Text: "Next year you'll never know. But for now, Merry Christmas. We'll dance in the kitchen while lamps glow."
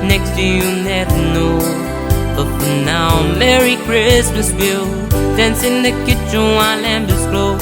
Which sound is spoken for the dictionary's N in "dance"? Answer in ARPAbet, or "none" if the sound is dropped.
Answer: N